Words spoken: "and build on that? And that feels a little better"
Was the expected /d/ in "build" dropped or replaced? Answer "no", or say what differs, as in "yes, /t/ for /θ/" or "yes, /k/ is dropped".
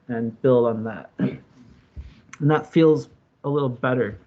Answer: no